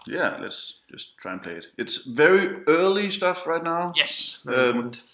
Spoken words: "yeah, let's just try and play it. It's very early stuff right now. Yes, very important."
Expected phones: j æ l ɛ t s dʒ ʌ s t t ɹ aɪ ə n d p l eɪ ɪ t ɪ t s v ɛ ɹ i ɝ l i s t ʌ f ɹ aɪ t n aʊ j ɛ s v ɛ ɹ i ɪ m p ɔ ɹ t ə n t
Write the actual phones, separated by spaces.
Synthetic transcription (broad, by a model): j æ l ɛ t s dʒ ʌ s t t ɹ aɪ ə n p l eɪ ɪ t ɪ t s v ɛ ɹ i ɝ l i s t ʌ f ɹ aɪ t n aʊ j ɛ s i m